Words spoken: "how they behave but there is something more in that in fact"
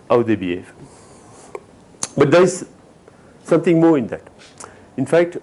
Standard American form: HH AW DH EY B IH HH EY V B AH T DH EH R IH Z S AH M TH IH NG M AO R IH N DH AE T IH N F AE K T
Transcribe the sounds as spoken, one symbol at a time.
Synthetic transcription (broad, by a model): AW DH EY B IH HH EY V B AH T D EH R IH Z S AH M T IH NG M AO R IH N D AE T IH N F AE K T